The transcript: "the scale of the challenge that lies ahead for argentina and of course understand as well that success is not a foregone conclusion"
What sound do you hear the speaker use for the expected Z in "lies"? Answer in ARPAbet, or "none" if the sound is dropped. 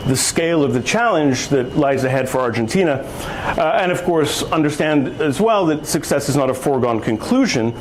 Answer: Z